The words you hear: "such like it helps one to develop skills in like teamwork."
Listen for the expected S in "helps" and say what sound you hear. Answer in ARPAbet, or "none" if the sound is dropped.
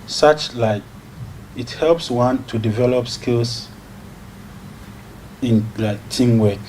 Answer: S